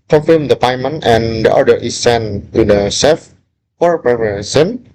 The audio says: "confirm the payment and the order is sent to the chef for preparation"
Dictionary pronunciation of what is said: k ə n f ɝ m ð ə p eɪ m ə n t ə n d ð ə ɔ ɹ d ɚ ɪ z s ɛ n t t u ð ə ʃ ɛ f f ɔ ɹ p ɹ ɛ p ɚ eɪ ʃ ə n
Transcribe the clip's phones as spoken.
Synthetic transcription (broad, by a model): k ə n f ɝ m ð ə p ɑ m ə n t ə n d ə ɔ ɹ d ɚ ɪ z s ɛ n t t u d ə s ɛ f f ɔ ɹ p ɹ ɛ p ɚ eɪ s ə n